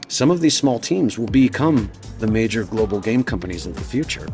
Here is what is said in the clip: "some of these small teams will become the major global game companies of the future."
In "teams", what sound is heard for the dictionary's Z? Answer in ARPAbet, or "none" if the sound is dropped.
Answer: Z